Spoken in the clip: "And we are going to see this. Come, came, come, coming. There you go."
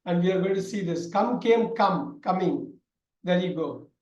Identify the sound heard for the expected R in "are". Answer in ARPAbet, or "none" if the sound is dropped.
L